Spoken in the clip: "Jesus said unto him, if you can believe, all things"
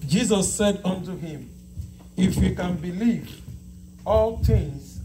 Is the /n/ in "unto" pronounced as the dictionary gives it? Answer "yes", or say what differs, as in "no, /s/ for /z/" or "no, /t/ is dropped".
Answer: yes